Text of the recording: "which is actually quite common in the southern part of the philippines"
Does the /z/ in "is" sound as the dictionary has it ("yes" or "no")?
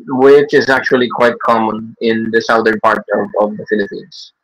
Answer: yes